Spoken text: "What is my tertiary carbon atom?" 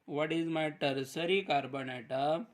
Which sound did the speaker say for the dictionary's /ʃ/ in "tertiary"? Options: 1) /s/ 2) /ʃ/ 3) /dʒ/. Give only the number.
1